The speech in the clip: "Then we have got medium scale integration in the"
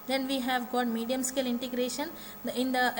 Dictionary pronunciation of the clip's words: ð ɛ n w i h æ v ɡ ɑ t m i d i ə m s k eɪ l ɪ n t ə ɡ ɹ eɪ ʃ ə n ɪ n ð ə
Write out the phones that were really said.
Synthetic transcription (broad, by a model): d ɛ n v i h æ v ɡ ɑ t m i d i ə m s k eɪ l ɪ n t ə ɡ ɹ eɪ ʃ ə n ɪ n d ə